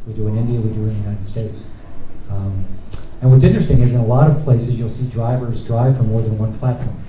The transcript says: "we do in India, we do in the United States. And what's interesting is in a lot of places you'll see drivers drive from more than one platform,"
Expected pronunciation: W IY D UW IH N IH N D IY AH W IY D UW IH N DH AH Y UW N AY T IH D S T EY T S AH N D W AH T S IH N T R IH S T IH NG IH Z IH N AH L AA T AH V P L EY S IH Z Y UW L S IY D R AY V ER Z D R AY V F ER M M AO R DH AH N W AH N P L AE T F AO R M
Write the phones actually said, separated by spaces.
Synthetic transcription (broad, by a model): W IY D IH IH N IH N D IY AH W IY D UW IH N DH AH Y UW N AY T IH D S T EY T S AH N W AH T S IH N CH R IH S T IH NG IH Z IH N AH L AA T AH V P L EY S IH Z Y UW L S IY D R AY V ER Z D R AY V F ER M M AO R DH AH N W AH N P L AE T F AO R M